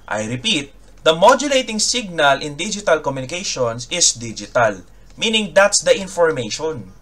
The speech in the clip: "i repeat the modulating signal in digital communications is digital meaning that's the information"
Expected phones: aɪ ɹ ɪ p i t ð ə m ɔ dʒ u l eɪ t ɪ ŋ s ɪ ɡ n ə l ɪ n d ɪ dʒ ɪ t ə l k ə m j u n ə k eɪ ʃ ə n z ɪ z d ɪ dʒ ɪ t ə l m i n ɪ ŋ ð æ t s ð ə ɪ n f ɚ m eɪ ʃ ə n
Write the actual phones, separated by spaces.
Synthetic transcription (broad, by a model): aɪ ɹ ɪ p i t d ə m ɔ dʒ u l eɪ t ɪ ŋ s ɪ ɡ n ə l ɪ n d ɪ dʒ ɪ t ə l k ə m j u n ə k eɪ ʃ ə n s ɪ s d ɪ dʒ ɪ t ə l m i n ɪ ŋ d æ t s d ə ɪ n f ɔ m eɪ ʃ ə n